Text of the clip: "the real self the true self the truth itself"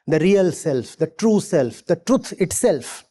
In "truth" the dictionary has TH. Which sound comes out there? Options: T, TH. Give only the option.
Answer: T